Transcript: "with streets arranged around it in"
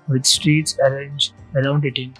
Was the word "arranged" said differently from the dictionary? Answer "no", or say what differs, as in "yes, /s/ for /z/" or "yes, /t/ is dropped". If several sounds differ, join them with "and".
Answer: yes, /d/ is dropped